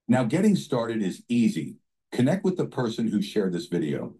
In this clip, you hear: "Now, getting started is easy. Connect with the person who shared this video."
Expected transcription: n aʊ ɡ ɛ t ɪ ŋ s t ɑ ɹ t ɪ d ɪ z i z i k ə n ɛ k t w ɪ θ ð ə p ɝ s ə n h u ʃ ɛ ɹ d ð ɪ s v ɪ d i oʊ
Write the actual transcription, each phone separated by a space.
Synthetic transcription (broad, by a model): n aʊ ɡ ɛ t ɪ ŋ s t ɑ ɹ t ɪ d ɪ z i z i k ə n ɛ k t w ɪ ð ə p ɝ s ə n h u ʃ ɛ ɹ d ð ɪ s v ɪ d i oʊ